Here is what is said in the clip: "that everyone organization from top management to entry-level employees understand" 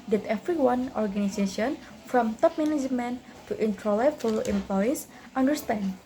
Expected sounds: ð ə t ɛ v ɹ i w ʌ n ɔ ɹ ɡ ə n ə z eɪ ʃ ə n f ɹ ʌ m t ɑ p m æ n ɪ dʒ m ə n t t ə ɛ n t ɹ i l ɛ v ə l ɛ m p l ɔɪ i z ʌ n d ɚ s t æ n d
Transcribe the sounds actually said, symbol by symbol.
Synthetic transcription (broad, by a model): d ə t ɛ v ɹ i w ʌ n ɔ ɹ ɡ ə n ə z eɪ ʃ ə n f ɹ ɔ m t ɑ p m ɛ n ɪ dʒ m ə n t t ə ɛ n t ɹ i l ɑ f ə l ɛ m p l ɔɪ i s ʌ n d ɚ s t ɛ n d